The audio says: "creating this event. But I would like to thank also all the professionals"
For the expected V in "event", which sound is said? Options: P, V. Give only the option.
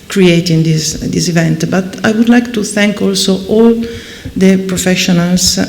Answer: V